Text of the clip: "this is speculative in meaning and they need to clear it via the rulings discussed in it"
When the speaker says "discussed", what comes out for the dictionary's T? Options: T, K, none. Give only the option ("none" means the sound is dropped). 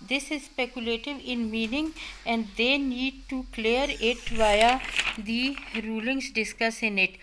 none